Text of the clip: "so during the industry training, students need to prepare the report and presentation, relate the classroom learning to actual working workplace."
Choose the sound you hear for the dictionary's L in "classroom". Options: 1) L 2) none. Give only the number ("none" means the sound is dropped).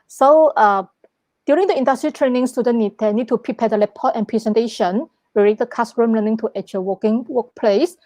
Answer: 2